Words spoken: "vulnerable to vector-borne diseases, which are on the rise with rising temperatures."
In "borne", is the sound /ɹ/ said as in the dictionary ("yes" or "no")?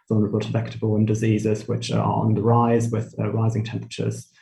no